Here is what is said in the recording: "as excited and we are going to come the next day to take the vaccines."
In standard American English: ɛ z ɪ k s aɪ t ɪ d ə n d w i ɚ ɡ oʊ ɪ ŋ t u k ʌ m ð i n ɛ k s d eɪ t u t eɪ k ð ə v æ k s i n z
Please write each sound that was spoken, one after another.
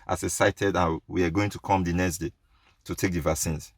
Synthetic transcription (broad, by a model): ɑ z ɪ s aɪ t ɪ d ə n w i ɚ ɡ oʊ ɪ ŋ t u k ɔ m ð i n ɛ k s d eɪ t u t eɪ k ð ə v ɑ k s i n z